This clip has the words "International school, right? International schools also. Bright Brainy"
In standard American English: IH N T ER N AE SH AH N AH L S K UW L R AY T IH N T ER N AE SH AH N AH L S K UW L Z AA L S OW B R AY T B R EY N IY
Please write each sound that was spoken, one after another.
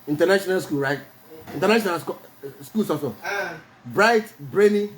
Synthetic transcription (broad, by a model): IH N T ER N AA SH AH N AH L S K UW L R AY T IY N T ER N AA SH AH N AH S S K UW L S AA S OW B R AY T B R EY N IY